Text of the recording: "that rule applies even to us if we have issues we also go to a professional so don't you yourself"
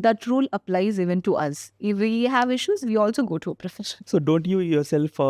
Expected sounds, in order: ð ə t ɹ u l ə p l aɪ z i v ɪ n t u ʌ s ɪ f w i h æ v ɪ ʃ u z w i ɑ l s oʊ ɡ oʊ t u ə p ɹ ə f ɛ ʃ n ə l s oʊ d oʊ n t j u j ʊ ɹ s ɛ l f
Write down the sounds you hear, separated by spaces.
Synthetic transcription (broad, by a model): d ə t ɹ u l ə p l aɪ z i v ɪ n t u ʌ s ɪ f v i h æ v ɪ ʃ u z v i ɑ l s oʊ ɡ oʊ t u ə p ɹ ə f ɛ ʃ ə n s oʊ d oʊ n t j u j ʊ ɹ s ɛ l f